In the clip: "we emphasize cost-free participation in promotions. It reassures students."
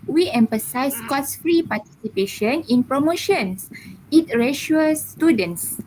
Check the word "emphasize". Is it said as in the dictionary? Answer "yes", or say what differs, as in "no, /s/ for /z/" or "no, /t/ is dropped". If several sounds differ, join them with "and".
no, /s/ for /z/